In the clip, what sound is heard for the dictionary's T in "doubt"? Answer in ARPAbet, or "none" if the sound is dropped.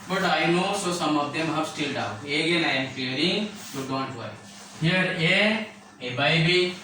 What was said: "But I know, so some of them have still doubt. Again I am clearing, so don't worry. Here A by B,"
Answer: none